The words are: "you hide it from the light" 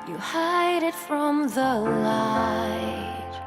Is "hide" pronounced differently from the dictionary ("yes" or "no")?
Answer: no